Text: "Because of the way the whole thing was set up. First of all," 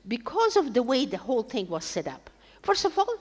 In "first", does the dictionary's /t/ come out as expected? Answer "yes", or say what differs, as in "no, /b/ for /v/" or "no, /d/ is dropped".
no, /t/ is dropped